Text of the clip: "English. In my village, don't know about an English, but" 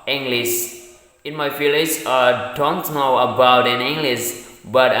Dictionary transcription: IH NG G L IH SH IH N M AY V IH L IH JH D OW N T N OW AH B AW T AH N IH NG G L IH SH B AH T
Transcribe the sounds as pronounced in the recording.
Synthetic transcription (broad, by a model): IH NG G L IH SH IH N M AY F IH L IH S D OW N T N OW AH B AW T AH N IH NG G L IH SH B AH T